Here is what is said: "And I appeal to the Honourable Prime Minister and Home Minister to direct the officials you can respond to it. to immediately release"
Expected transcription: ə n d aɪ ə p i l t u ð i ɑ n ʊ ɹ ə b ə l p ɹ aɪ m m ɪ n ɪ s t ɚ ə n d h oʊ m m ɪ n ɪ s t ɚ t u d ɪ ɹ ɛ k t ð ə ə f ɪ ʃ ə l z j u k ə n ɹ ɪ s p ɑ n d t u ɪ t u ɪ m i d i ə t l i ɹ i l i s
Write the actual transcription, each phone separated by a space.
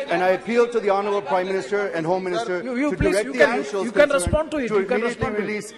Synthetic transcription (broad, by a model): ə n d aɪ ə p i l t u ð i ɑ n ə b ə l p ɹ aɪ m m ɪ n ɪ s t ɚ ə n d h oʊ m m ɪ n ɪ s t ɚ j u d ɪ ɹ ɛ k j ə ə ɪ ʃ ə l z j u k ə n ɹ ɪ s p ɑ n d t u ɪ t u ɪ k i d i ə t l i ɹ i l i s